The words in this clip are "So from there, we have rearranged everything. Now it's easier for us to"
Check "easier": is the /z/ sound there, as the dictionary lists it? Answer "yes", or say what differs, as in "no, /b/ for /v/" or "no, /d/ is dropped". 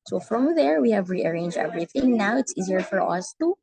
yes